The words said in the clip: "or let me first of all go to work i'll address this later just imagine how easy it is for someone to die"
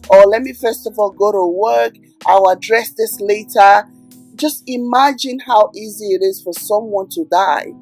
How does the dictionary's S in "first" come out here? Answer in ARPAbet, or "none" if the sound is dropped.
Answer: S